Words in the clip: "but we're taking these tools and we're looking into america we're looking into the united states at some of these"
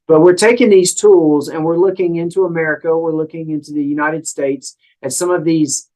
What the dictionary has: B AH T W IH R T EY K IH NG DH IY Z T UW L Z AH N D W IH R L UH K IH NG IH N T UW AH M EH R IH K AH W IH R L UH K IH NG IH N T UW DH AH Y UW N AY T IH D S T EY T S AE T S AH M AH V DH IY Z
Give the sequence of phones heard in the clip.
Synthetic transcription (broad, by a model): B AH T W IH R T EY K IH NG DH IY Z T UW L Z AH N W IH R L UH K IH NG IH N T UW AH M EH R IH K AH W IH R L UH K IH NG IH N T UW DH AH Y UW N AY T IH D S T EY T S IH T S AH M AH V DH IY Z